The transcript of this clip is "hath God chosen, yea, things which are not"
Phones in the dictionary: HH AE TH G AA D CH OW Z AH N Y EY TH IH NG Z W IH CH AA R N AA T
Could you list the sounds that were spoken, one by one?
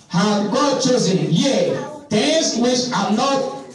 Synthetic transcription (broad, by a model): HH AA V G AA D CH OW Z AH N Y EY T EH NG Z W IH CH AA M N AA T